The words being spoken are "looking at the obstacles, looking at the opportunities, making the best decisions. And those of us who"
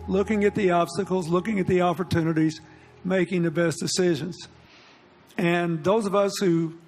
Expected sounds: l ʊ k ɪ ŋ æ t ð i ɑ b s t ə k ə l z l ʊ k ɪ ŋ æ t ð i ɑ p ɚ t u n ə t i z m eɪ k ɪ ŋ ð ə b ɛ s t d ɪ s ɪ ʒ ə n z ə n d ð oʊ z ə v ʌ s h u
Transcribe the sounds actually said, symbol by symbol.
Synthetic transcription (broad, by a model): l ʊ k ɪ ŋ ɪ t ð i ɑ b s t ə k l z l ʊ k ɪ ŋ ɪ t ð i ɑ p ɚ t u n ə t i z m eɪ k ɪ ŋ ð ə b ɛ s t d ɪ s ɪ ʒ ə n z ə n ð oʊ z ə v ʌ s h u